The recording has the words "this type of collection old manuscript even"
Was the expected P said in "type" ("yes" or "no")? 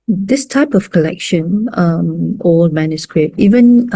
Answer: yes